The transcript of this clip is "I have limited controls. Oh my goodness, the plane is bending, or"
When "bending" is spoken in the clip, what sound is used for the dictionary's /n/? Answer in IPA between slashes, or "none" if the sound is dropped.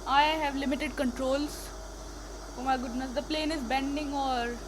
/n/